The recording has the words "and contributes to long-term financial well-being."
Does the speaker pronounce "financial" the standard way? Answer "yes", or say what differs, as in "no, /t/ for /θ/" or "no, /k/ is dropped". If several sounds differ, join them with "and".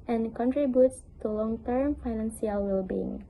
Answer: no, /s/ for /ʃ/